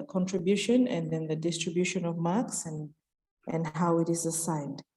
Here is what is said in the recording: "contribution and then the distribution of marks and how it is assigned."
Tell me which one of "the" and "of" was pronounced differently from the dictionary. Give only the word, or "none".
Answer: none